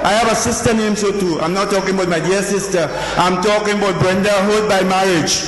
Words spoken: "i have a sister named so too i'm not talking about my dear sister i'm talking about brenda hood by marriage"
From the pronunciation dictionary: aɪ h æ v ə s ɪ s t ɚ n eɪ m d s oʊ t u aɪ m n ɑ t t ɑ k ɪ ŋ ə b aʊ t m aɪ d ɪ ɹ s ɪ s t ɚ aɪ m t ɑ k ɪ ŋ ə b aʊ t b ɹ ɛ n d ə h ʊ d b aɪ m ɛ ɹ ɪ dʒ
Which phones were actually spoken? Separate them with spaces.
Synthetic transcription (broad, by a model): aɪ h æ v ə s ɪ s t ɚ n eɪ m s oʊ t u aɪ m n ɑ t t ɑ k ɪ ŋ ə b aʊ t m aɪ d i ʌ s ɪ s t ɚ aɪ m t ɑ k ɪ ŋ ə b aʊ t b ɹ ɛ n d ə h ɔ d b aɪ m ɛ ɹ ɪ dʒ